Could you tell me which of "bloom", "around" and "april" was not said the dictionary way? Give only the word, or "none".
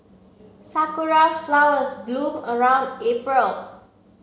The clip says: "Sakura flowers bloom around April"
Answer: bloom